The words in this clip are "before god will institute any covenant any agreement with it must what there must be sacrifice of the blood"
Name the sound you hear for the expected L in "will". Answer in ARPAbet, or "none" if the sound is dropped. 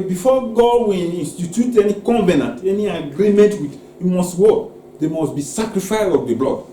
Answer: N